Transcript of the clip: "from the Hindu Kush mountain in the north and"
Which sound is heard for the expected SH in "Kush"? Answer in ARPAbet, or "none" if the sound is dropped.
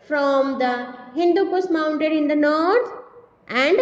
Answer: S